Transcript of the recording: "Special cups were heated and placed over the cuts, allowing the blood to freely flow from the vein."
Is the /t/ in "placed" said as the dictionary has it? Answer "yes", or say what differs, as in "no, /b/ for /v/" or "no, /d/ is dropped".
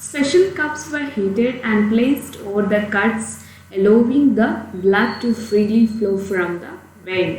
yes